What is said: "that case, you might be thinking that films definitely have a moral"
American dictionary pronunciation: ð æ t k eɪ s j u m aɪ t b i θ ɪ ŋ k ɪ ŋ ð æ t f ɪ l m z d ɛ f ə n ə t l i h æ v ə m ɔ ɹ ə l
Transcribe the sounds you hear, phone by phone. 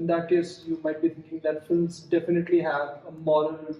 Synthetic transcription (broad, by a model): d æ t k eɪ s j u m aɪ t b i t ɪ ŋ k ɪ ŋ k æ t f ɪ l m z d ɛ f ə n ə t l i h æ v ə m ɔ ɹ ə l